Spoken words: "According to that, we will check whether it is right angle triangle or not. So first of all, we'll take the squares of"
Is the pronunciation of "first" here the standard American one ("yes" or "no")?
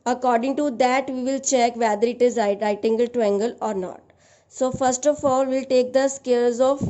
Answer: yes